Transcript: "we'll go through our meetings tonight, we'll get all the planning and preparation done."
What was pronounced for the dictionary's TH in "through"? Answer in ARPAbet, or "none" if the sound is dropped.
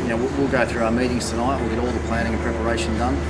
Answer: TH